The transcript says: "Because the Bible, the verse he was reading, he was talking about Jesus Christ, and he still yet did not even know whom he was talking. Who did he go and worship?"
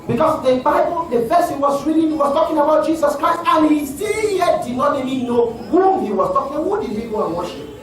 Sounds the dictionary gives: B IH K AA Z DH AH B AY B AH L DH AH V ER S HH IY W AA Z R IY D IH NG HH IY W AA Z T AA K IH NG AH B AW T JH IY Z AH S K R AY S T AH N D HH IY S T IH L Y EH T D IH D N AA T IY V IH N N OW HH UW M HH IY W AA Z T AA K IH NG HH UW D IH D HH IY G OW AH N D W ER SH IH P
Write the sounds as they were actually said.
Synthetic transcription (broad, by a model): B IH K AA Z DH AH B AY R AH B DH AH F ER S HH IY W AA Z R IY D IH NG HH IY W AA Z T AA K IH NG AH B AW T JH IY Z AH S K R AY S T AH N HH IY S T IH L Y EH T D IH D N AA T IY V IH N N OW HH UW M HH IY W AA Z T AA K IH NG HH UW D IH D HH IY G OW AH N W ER SH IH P